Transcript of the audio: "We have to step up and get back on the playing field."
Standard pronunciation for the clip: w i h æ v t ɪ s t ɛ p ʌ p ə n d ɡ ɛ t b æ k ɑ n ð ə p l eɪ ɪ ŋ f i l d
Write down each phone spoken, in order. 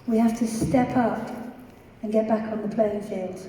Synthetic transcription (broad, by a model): w i h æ f t ɪ s t ɛ p ʌ p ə n ɡ ɛ t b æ k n ð ə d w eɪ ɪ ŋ f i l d